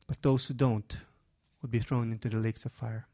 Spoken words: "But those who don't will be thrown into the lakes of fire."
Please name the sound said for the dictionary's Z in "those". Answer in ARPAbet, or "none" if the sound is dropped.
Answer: S